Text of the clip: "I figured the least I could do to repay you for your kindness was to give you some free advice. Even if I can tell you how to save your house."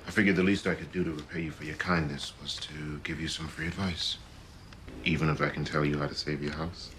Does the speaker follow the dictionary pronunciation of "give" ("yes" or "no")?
yes